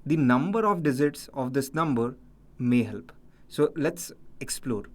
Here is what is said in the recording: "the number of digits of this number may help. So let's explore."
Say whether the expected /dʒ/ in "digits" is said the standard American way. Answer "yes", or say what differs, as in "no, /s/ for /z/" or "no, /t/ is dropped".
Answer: no, /z/ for /dʒ/